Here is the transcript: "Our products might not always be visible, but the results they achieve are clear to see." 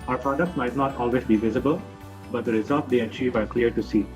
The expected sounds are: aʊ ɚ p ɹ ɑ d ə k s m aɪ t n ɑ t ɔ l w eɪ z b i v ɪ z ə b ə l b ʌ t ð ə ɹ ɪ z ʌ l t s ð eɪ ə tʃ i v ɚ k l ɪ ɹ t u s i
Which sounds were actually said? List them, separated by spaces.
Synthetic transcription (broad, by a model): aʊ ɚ p ɹ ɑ d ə k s m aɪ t n ɑ t ɔ l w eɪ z b i v ɪ z ə b ə l b ʌ t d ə ɹ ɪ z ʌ l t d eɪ ə tʃ i v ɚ k l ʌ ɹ t u s i